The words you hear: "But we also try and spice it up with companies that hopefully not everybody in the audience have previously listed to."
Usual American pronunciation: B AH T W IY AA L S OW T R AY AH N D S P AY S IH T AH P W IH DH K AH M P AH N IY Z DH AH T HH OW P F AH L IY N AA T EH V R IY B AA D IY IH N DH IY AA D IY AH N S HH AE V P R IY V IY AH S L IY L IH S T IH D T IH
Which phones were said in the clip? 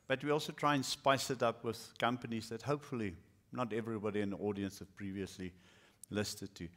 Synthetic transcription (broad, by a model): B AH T W IY AA L S OW T R AY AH N S P AY S IH T AH P W IH DH K AH M P AH N IY Z DH AH T HH OW P F AH L IY N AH T EH V R IY B AA D IY IH N DH IY AA D IY AH N S HH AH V P R IY V IY AH S L IY L IH S T IH D T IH